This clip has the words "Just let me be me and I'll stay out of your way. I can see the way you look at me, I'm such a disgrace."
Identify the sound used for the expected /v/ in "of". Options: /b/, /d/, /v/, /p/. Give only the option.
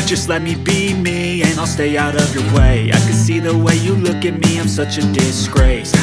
/v/